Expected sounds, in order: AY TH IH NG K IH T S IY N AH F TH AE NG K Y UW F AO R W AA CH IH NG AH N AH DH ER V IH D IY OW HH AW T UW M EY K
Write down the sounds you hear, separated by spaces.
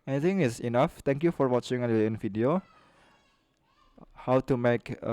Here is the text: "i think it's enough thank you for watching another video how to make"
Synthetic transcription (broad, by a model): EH T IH NG IH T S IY N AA F T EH NG K Y UW F AO R W AA CH IH NG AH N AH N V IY D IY OW HH AW T UW M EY K